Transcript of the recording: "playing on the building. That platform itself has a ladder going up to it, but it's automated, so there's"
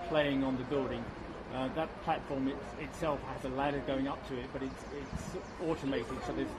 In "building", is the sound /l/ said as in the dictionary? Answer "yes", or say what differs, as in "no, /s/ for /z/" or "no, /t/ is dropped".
no, /l/ is dropped